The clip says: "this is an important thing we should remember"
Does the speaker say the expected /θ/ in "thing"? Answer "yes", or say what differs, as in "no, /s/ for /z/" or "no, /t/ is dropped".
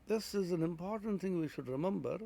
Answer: yes